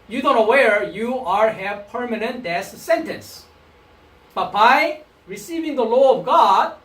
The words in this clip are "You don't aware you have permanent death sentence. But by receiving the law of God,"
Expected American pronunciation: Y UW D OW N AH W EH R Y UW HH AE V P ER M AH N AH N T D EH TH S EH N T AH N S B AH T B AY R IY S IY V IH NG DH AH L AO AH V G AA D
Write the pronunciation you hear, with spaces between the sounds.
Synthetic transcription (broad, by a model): Y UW D OW N AH W EH R Y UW HH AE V P ER M AH N AH N T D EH S S EH N T AH N S B AH T B AY R IY S IY V IH NG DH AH L AO AH V G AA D